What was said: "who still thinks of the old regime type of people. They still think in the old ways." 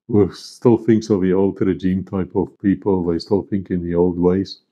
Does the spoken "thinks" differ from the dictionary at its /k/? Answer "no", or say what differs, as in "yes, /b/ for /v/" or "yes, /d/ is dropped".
no